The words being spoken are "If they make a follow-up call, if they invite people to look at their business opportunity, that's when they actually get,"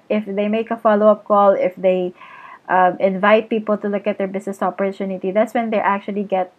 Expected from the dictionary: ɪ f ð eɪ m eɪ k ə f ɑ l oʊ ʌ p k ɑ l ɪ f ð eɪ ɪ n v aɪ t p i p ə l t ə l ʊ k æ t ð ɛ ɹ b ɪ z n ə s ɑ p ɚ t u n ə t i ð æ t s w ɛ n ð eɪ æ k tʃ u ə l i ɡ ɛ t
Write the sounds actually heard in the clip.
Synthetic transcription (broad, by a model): ɪ f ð eɪ m eɪ k ə f ɑ l oʊ ʌ p k ɑ l ɪ f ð eɪ ɪ n v aɪ t p i p ə l t ə l ʊ k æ t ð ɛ ɹ b ɪ s n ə s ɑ p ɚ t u n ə t i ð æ t s w ɛ n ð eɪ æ k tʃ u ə l i ɡ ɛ t